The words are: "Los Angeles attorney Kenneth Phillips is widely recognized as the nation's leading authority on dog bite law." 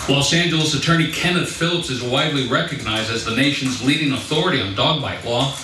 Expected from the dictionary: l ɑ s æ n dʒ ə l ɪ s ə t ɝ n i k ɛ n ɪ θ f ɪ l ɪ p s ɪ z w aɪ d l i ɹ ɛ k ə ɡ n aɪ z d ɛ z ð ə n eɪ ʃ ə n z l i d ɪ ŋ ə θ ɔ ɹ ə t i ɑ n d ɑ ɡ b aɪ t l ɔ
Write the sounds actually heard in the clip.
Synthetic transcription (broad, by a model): l ɑ s æ n dʒ ə l ɪ s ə t ɝ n i k ɛ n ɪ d f ɪ l ɪ p s ɪ z w aɪ d l i ɹ ɛ k ə ɡ n aɪ z d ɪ z ð ə n eɪ ʃ n z l i d ɪ ŋ ə θ ɔ ɹ ə t i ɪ n d ɑ ɡ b aɪ t l ɔ